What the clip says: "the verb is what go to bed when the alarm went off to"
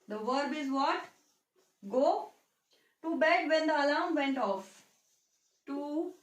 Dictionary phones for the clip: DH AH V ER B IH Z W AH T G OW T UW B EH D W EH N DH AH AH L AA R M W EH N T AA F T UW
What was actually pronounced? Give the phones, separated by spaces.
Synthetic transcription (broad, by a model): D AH V ER B IH Z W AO T G OW T UW B EH D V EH N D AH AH L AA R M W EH N T AA F T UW